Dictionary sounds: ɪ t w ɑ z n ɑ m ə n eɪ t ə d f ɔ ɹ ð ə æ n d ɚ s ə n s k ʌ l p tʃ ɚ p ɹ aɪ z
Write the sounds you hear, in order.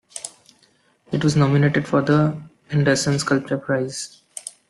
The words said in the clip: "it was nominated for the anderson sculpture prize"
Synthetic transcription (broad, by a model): ɪ t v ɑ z n ɑ m ə n eɪ t ə d f ɔ ɹ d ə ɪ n d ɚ s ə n s k ʌ l p tʃ ɚ p ɹ aɪ z